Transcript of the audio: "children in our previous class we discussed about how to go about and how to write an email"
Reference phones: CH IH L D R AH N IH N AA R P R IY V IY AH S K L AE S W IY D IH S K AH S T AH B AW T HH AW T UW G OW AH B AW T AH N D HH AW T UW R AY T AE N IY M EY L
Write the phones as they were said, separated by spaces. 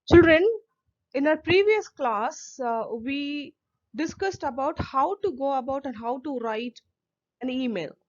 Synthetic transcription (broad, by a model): CH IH L D R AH N IH N AA R P R IY V IY AH S K L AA S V IY D IH S K AH S T AH B AW T HH AW T UW G OW AH B AW T AH N D HH AW T UW R AY T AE N IY M EY L